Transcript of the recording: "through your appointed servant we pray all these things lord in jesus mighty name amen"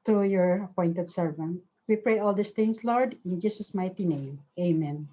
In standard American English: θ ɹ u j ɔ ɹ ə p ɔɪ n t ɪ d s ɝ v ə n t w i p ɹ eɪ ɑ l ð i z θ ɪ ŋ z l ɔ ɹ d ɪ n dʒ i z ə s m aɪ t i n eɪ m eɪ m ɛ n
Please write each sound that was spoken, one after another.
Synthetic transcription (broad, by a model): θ ɹ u j ɔ ɹ ə p ɔɪ n t ɪ d s ɝ v ə n t w i p ɹ eɪ ɑ l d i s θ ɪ ŋ s l ɔ ɹ d ɪ n dʒ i s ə s m aɪ t i n eɪ m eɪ m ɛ n